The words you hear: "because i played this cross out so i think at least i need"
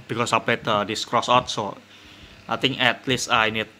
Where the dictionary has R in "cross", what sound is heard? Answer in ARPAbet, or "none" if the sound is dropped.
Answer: R